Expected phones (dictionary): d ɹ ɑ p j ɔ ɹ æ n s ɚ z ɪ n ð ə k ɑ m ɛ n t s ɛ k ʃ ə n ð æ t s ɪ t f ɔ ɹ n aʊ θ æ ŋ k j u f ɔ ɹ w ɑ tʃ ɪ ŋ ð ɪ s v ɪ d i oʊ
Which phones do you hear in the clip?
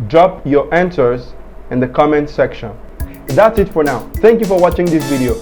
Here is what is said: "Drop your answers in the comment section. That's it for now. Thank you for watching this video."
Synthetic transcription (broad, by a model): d ɹ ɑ p j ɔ ɹ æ n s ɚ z ɪ n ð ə k ɑ m ɛ n t s ɛ k ʃ ə n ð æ t s ɪ t f ɔ ɹ n aʊ θ æ ŋ k j u f ɔ ɹ w ɑ tʃ ɪ ŋ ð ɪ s v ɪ d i oʊ